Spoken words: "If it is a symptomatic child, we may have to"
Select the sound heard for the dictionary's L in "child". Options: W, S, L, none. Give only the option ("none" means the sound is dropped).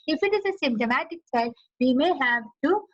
none